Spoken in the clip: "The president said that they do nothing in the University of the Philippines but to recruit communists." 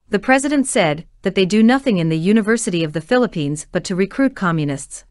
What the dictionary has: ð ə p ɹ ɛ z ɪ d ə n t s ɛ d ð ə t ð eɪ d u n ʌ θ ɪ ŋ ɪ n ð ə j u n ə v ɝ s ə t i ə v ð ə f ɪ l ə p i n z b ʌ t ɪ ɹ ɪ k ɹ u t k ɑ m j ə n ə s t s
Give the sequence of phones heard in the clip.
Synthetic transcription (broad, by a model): ð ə p ɹ ɛ z ɪ d ə n t s ɛ d ð ə t ð eɪ d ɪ n ʌ θ ɪ ŋ ɪ n ð ə j u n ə v ɝ s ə t i ə v ð ə f ɪ l ə p i n z b ʌ t ɪ ɹ ɪ k ɹ u t k ɑ m j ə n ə s t s